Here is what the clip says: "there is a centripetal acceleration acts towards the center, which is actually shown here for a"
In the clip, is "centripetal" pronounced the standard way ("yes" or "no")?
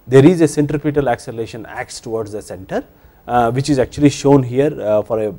yes